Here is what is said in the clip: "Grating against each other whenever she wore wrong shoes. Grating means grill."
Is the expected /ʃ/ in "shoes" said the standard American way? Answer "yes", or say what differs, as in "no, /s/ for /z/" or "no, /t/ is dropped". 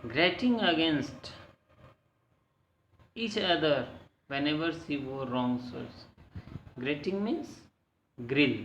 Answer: no, /s/ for /ʃ/